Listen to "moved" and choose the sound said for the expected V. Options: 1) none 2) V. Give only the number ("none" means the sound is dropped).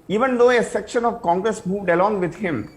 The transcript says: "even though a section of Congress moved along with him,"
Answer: 2